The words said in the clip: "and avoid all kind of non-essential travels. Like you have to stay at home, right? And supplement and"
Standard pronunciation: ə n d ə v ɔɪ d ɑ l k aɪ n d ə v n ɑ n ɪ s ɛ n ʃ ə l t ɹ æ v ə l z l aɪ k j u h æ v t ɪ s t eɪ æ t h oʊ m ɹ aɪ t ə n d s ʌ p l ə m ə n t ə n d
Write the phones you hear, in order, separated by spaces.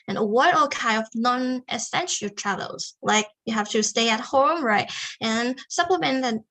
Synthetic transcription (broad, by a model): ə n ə w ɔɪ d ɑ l k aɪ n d ə v n ɑ n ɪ s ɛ n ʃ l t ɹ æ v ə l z l aɪ k j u h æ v t ɪ s t eɪ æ t h oʊ m ɹ aɪ t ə n s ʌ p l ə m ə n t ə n